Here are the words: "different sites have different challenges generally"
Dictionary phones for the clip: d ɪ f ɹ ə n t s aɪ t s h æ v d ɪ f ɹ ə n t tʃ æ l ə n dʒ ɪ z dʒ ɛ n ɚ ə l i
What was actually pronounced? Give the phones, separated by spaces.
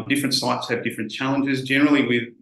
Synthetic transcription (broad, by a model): d ɪ f ɹ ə n t s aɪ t s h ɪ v d ɪ f ɹ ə n tʃ æ l ə n dʒ ɪ z dʒ ɛ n ɚ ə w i